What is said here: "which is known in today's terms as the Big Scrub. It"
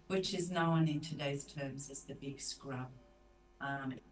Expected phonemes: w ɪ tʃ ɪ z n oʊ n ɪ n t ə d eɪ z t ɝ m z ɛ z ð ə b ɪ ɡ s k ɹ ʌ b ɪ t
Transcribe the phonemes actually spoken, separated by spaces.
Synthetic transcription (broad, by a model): w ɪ tʃ ɪ z n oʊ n ɪ n t ə d eɪ z t ɝ m z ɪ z ð ə b ɪ ɡ s k ɹ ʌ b t